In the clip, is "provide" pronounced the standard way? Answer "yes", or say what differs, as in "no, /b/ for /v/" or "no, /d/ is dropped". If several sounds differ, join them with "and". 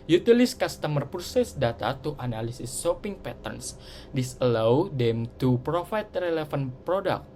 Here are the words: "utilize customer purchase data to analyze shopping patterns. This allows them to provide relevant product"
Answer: no, /f/ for /v/